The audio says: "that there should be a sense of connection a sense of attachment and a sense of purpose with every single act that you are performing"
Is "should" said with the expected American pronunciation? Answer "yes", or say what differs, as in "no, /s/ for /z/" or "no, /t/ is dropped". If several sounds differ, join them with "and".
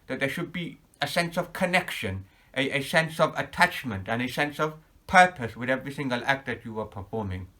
yes